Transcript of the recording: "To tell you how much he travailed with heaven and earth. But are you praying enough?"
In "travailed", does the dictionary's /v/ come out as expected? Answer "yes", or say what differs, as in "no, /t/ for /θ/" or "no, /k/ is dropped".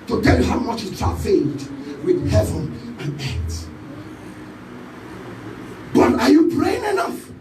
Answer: no, /f/ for /v/